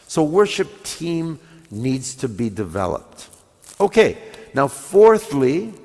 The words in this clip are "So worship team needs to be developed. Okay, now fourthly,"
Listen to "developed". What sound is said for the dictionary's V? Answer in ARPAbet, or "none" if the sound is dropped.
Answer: V